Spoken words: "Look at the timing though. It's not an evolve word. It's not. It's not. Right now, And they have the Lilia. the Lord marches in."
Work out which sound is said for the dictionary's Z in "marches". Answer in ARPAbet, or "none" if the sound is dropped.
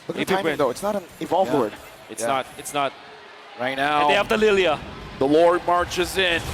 Z